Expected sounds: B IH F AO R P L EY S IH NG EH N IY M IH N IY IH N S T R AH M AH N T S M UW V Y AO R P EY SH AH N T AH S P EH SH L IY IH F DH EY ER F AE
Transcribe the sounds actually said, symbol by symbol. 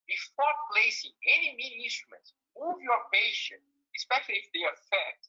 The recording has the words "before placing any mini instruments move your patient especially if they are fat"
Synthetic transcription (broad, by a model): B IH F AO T P L EY S IH NG EH N IY M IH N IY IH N S T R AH M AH N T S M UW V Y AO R P EY SH AH N T AH S P EH SH L IY IH F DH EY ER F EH